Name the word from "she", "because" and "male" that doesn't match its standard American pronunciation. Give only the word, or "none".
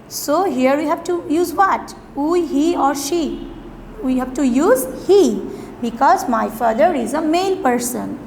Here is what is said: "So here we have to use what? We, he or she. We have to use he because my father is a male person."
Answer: male